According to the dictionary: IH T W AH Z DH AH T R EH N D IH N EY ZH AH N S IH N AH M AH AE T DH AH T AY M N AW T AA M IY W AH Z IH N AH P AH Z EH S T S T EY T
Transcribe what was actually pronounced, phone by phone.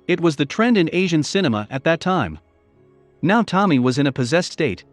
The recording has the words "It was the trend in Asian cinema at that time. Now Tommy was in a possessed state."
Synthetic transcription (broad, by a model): IH T W AH Z DH AH T R EH N D IH N EY ZH AH N S IH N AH M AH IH T DH AH T AY M N AW T AA M IY W AH Z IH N AH P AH Z EH S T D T EY T